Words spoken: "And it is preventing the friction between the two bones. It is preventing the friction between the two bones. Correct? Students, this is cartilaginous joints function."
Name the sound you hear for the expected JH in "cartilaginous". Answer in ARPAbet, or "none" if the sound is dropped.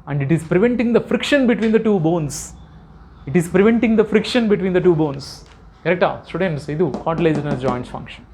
Z